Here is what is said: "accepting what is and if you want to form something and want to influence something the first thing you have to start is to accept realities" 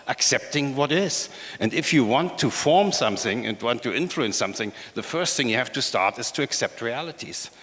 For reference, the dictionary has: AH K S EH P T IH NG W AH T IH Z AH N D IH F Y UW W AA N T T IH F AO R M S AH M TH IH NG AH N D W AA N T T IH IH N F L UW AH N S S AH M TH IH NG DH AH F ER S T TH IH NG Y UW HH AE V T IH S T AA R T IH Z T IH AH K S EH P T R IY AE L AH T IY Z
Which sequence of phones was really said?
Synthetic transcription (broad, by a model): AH K S EH P T IH NG W AH T IH Z AH N D IH F Y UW W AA N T T IH F AO R M S AH M TH IH NG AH N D W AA N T T IH IH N F L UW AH N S S AH M TH IH NG DH AH F ER S T TH IH NG Y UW HH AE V T IH S T AA R T IH Z T IH AH K S EH P T R IY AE L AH T IY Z